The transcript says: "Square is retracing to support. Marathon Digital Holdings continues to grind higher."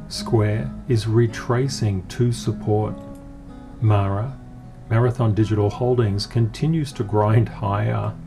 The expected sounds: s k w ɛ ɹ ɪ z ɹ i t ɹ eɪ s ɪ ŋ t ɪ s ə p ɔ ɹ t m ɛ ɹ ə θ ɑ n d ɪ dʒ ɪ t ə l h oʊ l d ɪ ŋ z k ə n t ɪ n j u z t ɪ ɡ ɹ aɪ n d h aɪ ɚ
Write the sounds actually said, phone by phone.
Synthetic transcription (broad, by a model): s k w ɛ ɹ ɪ z ɹ i t ɹ eɪ s ɪ ŋ t ɪ s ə p ɔ ɹ t m ɛ ɹ ə θ ɑ n d ɪ dʒ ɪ t l h oʊ l d ɪ ŋ z k ə n t ɪ n j u z t ɪ ɡ ɹ aɪ n d h aɪ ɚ